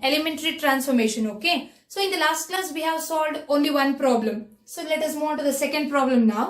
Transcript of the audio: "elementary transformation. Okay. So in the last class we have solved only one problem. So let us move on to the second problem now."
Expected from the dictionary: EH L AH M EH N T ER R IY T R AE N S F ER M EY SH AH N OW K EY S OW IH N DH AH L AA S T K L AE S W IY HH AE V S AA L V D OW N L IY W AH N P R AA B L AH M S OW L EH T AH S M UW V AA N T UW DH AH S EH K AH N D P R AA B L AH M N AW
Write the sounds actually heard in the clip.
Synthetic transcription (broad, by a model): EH L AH M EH N T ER R IY T R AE N S F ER M EY SH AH N OW K EY S OW IH N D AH L AA S T K L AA S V IY HH AE V S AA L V D OW N L IY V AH N P R AA B L AH M S OW L EH T AH S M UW AA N T UW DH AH S EH K AH N D P R AA B L AH M N AW